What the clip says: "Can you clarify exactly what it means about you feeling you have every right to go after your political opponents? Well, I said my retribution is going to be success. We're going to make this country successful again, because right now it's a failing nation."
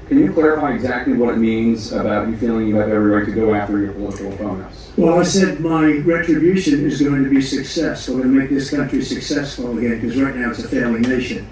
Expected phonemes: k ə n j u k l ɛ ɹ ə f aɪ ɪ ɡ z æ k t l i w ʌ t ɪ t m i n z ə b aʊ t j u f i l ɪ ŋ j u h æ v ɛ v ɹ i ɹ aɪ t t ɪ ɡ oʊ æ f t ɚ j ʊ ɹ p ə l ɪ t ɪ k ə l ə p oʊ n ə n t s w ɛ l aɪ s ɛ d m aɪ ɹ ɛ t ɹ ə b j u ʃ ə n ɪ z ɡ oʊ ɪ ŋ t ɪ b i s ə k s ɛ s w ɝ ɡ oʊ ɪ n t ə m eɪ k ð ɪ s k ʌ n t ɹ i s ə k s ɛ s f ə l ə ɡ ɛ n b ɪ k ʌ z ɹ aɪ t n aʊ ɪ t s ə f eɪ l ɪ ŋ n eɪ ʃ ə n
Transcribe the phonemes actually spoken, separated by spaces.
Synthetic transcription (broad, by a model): k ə n j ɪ k l ɛ ɹ ə f aɪ ɪ ɡ z æ k t l i w ʌ t ɪ t m i n z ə b aʊ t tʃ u f i l ɪ ŋ j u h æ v ɛ v ɹ i ɹ aɪ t t ɪ ɡ oʊ æ f t ɚ j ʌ ɹ p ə l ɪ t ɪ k l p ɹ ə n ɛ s w ɛ l aɪ s ɛ d m aɪ ɹ ɛ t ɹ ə b j u ʃ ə n ɪ z ɡ oʊ ɪ ŋ t ɪ b i s ə k s ɛ s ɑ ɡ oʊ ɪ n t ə m eɪ k ð ɪ s k ʌ n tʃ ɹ i s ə k s ɛ s f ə l ə ɡ ɛ n k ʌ z ɹ aɪ t n aʊ ɪ t s ə f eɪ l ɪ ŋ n eɪ ʃ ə n